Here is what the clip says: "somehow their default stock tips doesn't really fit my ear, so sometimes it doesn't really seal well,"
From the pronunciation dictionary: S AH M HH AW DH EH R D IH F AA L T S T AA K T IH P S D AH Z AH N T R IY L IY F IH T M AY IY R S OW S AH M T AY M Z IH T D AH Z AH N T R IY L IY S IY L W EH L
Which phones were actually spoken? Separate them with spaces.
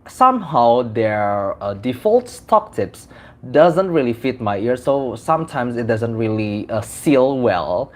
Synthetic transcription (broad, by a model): S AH M HH AW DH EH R D IH F AA L T S T AA K T IH P S D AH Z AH N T R IY L IY F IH T M AY IY R S OW S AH M T AY M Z IH T D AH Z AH N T R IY L IY S IY L W EH L